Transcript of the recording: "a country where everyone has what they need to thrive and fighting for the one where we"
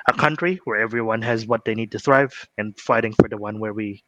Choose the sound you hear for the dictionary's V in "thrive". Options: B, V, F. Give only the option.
V